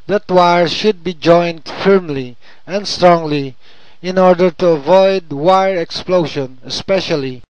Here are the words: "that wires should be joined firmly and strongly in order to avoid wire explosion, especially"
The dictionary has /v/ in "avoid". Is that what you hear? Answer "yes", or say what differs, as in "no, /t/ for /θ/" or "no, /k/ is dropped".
yes